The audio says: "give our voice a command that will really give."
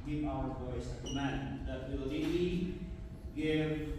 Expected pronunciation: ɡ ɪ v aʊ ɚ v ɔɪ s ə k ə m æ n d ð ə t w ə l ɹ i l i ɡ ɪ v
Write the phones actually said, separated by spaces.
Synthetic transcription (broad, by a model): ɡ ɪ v aʊ ɚ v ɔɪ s ə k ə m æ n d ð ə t w ə l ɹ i i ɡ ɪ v